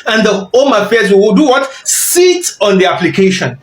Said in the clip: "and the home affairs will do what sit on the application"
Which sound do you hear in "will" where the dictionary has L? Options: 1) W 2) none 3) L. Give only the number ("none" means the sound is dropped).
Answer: 1